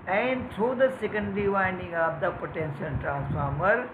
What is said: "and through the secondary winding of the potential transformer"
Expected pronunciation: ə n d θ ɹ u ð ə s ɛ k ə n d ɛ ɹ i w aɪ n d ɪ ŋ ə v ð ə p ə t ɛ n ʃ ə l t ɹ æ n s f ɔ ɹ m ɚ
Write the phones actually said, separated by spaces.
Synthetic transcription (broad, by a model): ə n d t ɹ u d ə s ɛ k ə n d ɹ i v aɪ n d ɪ ŋ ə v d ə p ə t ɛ n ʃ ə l t ɹ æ n s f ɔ ɹ m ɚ